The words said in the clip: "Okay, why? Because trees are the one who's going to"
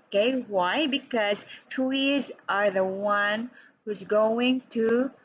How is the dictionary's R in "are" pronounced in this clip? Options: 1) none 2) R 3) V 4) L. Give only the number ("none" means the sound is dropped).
2